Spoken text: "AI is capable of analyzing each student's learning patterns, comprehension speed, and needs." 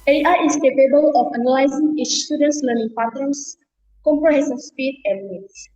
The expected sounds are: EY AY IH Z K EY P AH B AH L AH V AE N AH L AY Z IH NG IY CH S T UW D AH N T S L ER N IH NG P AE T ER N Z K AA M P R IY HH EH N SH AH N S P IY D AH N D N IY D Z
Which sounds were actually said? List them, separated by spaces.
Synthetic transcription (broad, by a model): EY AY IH S K EY P AH B AH L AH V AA N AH L AY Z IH NG IY CH S T UW D AH N T S L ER N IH NG P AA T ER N S K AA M P R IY HH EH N S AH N S P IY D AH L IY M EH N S